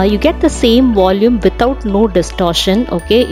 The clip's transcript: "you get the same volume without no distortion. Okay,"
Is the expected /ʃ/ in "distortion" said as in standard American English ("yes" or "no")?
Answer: yes